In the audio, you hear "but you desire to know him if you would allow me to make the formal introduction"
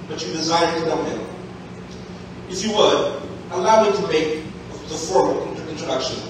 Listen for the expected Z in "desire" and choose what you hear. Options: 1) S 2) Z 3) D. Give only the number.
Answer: 2